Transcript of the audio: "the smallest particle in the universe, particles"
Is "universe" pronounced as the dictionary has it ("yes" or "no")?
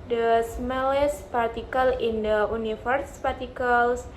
no